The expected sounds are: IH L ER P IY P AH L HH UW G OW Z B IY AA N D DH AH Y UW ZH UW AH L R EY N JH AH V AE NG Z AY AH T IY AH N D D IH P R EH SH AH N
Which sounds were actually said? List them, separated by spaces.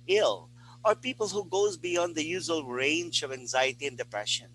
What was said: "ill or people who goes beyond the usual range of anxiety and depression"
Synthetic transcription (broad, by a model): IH L ER P IY P AH L HH UW G OW Z B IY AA N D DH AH Y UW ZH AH L R EY N JH AH V AE NG Z AY AH T IY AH N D D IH P R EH SH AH N